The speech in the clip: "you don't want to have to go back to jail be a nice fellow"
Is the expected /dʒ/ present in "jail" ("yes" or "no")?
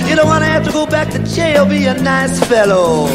no